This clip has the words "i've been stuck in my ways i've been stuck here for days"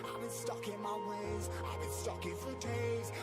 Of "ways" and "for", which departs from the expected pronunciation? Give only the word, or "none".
none